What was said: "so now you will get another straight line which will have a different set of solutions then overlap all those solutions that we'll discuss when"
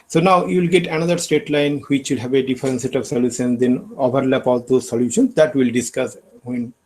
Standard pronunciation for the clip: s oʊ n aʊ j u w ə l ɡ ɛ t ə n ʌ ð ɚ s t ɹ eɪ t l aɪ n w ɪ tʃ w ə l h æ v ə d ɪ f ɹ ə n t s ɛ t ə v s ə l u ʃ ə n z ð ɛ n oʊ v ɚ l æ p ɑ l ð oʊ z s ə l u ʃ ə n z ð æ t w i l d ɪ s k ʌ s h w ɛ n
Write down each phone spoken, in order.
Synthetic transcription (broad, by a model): s oʊ n aʊ j u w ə l ɡ ɛ t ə n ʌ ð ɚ s t eɪ t l aɪ n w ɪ tʃ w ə l h æ v ə d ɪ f ɹ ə n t s ɛ t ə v s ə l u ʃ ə n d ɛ n oʊ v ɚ l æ p ɑ l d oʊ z s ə l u ʃ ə n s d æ t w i l d ɪ s k ʌ s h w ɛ n